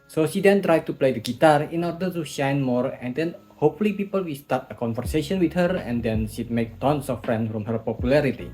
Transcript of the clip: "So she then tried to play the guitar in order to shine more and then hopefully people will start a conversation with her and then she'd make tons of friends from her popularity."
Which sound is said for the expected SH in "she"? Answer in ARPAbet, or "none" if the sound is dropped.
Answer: SH